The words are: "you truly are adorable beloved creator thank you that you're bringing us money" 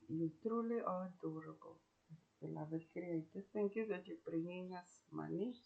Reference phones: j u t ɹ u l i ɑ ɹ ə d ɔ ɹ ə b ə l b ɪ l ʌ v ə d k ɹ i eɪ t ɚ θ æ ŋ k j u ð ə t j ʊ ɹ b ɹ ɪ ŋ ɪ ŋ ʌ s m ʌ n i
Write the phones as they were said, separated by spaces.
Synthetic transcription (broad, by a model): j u t ɹ u l i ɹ ə d ɔ ɹ ə b ə l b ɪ l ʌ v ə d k ɹ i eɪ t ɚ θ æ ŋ k j u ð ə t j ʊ b ɹ ɪ ŋ ɪ ŋ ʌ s m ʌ n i